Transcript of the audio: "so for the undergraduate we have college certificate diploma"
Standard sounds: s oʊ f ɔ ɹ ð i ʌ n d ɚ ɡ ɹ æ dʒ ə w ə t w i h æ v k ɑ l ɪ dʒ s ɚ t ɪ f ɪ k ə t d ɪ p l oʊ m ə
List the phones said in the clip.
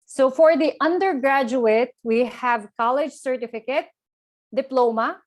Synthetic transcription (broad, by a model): s oʊ f ɔ ɹ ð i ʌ n d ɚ ɡ ɹ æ dʒ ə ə t w i h æ v k ɑ l ɪ dʒ s ɚ t ɪ f ɪ k ə t d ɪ p l oʊ m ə